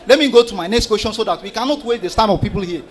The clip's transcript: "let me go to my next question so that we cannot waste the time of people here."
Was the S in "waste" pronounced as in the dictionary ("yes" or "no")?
no